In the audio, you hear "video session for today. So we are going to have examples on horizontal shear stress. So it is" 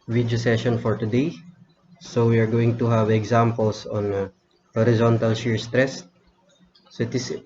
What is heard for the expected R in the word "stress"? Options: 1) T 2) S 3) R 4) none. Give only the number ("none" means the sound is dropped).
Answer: 3